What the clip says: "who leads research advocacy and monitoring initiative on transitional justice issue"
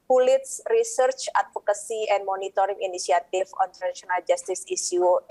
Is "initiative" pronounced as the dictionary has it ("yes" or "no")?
no